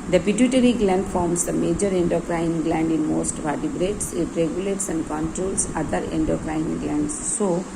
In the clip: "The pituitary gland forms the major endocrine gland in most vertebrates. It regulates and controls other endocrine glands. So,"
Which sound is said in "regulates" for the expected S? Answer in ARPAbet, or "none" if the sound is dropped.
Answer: S